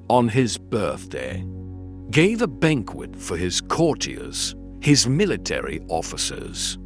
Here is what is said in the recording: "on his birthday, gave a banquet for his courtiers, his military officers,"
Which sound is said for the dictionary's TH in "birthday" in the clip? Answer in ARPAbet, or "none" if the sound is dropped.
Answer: TH